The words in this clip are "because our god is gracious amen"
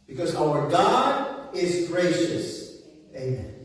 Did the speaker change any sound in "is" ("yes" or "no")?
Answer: no